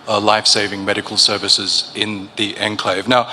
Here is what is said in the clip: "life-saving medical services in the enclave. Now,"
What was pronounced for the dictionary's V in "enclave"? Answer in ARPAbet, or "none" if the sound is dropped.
V